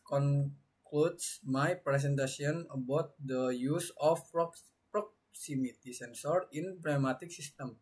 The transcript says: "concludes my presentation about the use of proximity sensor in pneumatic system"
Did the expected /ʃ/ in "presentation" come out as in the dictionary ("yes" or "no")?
no